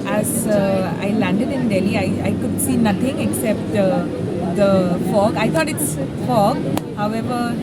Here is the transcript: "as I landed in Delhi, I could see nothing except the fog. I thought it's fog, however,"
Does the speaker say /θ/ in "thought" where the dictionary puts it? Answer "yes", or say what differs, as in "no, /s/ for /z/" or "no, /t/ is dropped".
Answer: no, /t/ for /θ/